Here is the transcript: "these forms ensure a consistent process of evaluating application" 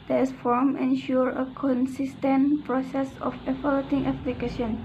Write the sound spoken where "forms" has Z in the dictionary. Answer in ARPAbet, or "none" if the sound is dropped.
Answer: none